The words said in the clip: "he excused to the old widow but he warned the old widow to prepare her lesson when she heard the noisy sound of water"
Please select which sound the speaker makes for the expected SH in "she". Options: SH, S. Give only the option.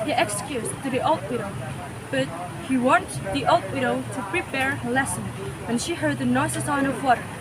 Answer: SH